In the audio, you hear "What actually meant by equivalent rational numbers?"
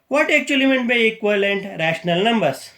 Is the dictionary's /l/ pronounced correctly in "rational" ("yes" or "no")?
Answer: yes